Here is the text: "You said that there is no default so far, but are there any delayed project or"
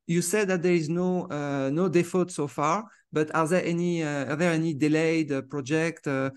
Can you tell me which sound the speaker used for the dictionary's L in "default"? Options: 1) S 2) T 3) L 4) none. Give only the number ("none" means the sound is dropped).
4